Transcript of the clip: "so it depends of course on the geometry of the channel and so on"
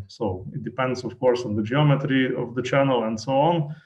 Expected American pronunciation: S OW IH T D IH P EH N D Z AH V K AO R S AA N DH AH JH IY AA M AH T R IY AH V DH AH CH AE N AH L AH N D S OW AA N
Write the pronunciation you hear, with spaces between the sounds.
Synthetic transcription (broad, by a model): S OW IH T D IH P EH N D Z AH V K AO R S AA N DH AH JH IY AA M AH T R IY AH V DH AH CH AE N AH L AH N D S OW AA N